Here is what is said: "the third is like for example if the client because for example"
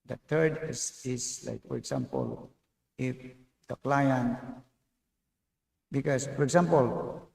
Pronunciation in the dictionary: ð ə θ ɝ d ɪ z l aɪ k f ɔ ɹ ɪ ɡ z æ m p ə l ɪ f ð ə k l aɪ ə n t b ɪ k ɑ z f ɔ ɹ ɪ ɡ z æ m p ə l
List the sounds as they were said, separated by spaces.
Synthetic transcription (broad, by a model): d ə t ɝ d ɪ s l aɪ k f ɔ ɹ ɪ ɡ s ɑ m p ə l ɪ f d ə k l aɪ ə n t b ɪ k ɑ s f ɔ ɹ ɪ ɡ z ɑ m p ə l